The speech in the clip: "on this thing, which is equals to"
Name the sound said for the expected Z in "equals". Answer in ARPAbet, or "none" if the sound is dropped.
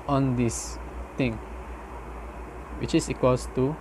S